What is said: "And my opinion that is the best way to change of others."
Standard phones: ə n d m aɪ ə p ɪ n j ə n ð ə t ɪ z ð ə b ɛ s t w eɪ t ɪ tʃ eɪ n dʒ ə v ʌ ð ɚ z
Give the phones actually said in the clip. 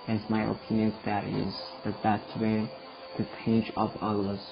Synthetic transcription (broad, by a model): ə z m aɪ ə p ɪ n j ə n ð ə t ɪ z ð ə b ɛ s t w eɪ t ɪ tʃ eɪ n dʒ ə p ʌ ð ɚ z